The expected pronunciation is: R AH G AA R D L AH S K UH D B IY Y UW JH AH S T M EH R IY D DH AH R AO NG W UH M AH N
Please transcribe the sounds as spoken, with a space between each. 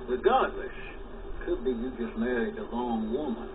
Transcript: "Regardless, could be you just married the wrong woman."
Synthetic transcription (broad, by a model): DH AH G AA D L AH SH K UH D B IY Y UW JH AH S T M EH R IY D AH L AO NG W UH M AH N